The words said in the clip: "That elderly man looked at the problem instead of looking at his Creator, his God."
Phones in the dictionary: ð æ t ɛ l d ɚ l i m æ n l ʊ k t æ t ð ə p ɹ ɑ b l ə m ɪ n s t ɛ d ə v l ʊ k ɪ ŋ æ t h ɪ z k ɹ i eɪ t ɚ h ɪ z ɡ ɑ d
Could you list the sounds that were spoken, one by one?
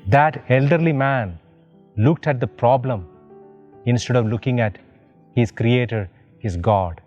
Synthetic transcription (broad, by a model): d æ t ɛ l d ɚ l i m æ n l ʊ k t æ t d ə p ɹ ɑ b l ə m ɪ n s t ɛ d ə v l ʊ k ɪ ŋ æ t h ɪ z k ɹ i eɪ t ɚ h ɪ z ɡ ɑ d